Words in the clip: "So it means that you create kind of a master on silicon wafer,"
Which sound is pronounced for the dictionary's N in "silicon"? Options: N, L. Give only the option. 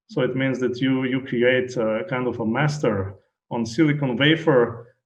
N